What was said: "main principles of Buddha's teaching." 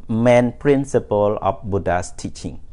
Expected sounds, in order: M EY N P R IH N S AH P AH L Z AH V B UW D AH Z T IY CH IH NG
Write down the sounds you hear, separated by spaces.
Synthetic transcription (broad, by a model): M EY N P R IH N S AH P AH L AH F B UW D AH S T IY CH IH NG